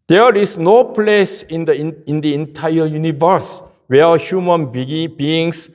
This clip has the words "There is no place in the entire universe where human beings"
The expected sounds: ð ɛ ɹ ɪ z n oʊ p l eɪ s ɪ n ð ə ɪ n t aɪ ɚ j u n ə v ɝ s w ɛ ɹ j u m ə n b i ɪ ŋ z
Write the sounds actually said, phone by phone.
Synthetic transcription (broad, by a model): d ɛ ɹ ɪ s n oʊ p l eɪ s ɪ n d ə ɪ n t aɪ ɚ j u n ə v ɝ s w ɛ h j u m ə n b i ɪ ŋ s